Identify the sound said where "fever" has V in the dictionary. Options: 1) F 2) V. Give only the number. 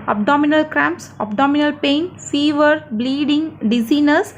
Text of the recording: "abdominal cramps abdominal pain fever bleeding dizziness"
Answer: 2